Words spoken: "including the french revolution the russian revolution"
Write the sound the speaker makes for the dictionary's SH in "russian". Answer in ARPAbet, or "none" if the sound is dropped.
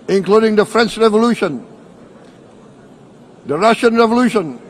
SH